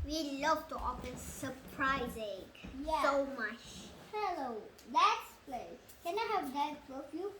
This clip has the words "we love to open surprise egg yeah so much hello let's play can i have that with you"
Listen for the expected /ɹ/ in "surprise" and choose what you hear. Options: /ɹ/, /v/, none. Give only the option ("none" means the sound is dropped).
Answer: /ɹ/